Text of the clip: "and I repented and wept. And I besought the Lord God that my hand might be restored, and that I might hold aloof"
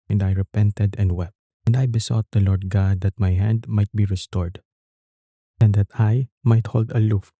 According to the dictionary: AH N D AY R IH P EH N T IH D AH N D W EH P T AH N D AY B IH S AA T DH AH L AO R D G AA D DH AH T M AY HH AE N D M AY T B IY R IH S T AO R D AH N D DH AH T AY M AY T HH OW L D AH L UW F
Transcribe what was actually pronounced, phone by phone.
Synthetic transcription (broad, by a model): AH N D AY R IH P EH N T IH D AH N D W EH P T AH N D AY B IH S AA T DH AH L AO R D G AA D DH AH T M AY HH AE N D M AY T B IY R IH S T AO R D AH N D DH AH T AY M AY T HH OW L D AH L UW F